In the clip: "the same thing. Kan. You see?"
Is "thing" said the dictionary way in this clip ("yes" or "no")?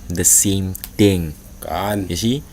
no